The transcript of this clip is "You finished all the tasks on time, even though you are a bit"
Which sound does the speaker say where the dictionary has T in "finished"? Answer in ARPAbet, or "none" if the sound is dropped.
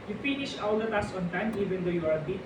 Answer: none